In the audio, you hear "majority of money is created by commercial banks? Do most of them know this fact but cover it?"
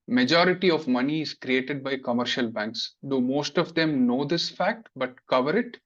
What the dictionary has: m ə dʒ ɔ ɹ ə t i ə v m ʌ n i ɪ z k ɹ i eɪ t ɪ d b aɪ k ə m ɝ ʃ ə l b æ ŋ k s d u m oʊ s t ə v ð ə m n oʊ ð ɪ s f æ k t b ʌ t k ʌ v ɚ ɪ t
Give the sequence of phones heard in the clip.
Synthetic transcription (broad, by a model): m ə dʒ ɔ ɹ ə t i ə v m ʌ n i ɪ z k ɹ i eɪ t ɪ d b aɪ k ə m ɝ ʃ ə l b æ ŋ k s d u m oʊ s t ə v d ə m n oʊ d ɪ s f æ k t b ʌ t k ʌ v ɚ ɪ t